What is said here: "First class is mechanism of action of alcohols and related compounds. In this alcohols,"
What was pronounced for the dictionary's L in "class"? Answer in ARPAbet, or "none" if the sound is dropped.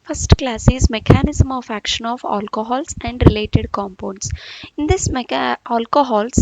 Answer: L